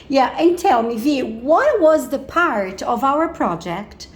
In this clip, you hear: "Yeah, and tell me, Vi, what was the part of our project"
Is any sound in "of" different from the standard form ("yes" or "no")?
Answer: no